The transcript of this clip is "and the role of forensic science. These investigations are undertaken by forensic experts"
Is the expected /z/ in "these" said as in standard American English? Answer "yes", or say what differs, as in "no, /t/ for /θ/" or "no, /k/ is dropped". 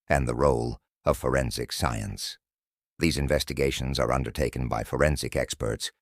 yes